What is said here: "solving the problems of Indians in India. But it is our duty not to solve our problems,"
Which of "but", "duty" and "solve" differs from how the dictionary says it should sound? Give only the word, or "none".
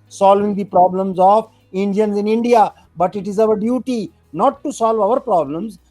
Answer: none